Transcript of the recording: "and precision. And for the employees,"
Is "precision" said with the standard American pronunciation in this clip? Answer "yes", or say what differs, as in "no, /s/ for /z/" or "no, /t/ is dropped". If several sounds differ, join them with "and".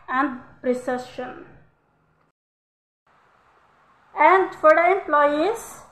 no, /ʃ/ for /ʒ/